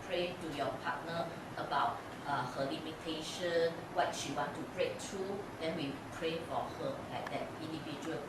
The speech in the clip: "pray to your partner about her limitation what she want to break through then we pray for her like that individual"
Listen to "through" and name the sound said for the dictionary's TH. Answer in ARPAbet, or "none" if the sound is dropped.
T